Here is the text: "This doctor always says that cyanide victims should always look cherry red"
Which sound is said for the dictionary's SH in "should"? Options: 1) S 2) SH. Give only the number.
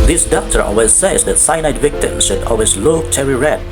2